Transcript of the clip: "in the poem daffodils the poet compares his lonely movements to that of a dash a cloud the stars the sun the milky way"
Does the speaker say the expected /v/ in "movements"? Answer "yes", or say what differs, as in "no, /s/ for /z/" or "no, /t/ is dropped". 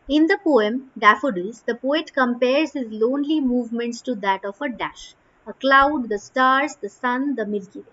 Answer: yes